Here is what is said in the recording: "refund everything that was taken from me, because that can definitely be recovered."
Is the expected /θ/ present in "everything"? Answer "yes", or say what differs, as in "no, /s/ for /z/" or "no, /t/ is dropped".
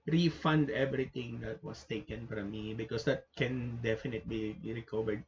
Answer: no, /t/ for /θ/